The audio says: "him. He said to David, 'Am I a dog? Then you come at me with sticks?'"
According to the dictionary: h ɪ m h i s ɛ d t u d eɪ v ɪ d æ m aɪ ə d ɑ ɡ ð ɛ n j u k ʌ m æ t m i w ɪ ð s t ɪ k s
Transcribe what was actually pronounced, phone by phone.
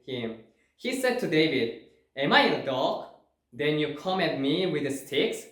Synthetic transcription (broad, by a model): h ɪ m h i s ɛ d t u d eɪ v ɪ d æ m aɪ ə d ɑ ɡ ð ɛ n j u k ʌ m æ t m i w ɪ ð s t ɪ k s